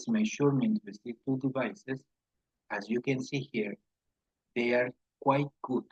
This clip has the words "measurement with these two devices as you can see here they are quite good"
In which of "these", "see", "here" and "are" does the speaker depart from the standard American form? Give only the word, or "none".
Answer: these